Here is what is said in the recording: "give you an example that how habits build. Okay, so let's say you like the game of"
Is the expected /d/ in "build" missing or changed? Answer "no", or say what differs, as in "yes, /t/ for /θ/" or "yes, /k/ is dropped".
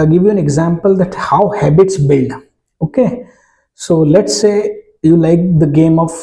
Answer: yes, /d/ is dropped